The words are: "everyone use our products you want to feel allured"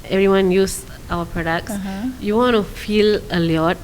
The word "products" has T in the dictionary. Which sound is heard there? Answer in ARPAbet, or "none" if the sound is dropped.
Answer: S